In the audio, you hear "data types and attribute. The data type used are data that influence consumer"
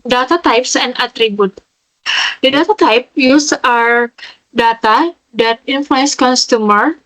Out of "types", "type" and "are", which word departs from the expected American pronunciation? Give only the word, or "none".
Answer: none